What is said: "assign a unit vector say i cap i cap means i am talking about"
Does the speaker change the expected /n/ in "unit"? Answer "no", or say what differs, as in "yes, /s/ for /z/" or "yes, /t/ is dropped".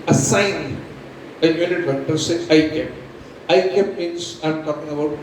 yes, /l/ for /n/